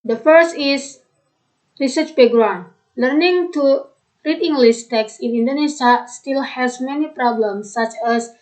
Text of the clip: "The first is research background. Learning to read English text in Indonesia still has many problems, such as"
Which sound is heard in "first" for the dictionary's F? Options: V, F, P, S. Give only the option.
F